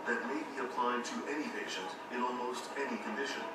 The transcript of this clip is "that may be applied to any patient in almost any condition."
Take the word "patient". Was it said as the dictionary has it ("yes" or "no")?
yes